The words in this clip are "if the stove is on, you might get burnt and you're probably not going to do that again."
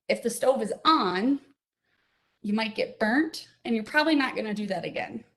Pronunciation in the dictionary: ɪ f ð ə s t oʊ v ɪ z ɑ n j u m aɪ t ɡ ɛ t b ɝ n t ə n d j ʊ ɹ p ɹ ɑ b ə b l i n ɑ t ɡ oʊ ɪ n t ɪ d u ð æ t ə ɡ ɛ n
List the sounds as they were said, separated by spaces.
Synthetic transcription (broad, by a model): ɪ f ð ə s t oʊ v ɪ z n j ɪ m aɪ t ɡ ɛ t b ɝ n t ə n j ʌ ɹ p ɹ ɑ b ə b l i n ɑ t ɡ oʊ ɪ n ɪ d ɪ ð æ t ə ɡ ɛ n